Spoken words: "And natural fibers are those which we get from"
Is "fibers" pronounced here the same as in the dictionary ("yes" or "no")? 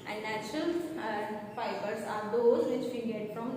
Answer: no